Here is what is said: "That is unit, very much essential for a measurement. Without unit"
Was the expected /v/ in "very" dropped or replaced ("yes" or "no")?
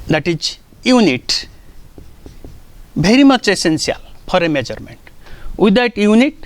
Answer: yes